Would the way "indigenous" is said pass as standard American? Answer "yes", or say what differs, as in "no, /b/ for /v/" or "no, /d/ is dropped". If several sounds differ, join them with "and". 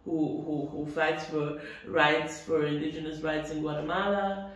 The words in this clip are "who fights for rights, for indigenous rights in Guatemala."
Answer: yes